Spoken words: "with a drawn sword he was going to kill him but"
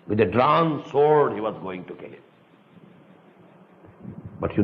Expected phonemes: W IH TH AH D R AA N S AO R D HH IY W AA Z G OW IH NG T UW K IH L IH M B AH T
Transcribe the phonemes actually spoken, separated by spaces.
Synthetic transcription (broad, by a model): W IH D AH D R AA N S AO R D HH IY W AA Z G OW IH NG T UW K IH L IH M B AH T